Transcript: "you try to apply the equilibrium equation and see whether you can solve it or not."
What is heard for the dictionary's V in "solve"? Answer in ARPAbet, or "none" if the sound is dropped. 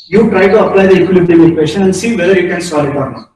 none